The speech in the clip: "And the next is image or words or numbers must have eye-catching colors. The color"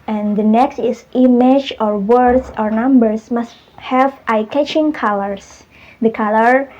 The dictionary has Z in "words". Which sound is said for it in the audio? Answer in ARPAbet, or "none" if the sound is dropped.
S